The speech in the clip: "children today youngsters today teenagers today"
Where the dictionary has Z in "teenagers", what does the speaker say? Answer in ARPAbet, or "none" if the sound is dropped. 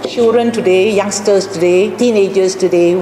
S